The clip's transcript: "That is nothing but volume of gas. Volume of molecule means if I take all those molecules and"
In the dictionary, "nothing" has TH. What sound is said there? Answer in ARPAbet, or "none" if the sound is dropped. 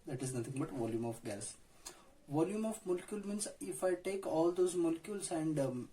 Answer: T